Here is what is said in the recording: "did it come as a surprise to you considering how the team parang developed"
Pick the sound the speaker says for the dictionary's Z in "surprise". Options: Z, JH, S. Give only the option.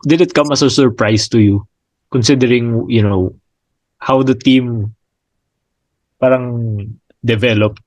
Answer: S